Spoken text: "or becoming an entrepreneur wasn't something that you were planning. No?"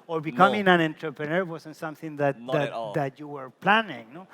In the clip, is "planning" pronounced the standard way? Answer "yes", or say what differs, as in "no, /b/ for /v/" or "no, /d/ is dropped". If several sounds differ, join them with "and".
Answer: yes